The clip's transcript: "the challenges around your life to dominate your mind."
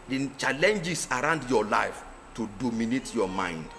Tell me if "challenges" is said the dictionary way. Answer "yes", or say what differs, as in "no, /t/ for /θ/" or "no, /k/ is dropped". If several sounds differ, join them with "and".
no, /s/ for /z/